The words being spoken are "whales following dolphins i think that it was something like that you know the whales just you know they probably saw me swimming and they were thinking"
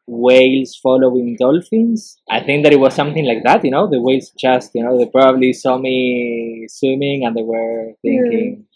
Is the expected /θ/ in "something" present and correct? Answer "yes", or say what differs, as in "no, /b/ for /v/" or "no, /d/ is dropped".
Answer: yes